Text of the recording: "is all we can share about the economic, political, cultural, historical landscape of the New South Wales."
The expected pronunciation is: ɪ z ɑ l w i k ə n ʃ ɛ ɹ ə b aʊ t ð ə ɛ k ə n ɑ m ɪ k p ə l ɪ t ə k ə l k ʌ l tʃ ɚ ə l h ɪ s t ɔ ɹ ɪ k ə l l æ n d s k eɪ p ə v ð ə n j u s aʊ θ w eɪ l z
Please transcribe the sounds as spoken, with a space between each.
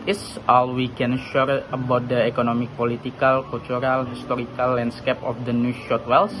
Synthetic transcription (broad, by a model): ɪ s ɑ l w i k ə n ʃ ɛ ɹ ə b aʊ t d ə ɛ k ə n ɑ m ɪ k p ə l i t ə k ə l k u l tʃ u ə l h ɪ s t ɔ ɹ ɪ k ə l l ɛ n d s k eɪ p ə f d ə n j u ʃ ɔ t w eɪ l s